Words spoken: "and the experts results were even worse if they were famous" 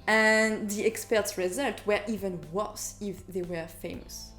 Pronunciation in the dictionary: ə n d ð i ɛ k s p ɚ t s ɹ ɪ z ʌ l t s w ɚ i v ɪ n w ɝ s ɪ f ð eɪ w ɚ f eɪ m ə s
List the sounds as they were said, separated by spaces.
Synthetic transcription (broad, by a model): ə n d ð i ɛ k s p ɚ t s ɹ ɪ z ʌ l t w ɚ i v ɪ n w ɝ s ɪ f ð eɪ w ɚ f eɪ m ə s